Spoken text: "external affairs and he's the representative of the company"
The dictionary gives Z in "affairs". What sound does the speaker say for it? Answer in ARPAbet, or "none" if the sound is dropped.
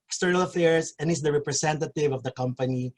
S